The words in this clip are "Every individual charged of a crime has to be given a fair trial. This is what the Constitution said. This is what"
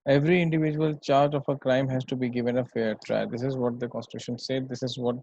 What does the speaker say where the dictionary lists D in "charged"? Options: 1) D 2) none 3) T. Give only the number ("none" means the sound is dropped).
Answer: 2